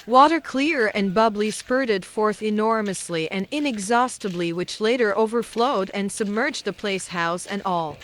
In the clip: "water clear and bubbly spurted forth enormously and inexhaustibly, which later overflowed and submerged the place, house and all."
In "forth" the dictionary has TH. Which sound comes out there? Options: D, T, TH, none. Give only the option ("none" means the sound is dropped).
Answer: TH